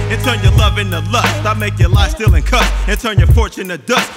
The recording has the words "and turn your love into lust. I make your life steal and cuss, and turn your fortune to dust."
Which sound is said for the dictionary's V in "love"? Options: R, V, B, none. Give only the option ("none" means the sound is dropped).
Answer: V